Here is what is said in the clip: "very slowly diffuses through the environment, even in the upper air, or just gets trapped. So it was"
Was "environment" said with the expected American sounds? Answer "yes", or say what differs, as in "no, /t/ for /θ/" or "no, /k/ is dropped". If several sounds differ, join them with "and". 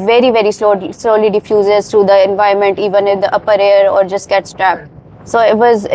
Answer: no, /ɹ/ is dropped